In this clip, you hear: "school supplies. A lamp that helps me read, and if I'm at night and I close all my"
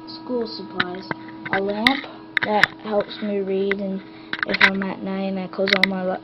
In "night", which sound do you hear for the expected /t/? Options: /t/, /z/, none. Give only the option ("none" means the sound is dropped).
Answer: none